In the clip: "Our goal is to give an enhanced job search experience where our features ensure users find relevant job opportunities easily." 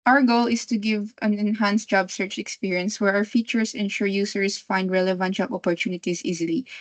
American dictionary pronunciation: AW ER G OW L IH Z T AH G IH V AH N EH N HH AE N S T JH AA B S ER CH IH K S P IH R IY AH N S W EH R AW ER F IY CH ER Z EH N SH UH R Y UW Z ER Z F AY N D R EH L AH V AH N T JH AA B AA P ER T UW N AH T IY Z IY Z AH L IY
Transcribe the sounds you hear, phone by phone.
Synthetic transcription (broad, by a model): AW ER G OW L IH S T AH G IH V AH N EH N HH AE N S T JH AA B S ER CH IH K S P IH R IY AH N S W EH R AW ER F IY CH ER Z EH N SH UH R Y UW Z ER S F AY N D R EH L AH V AH N T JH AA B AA P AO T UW N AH T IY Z IY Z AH L IY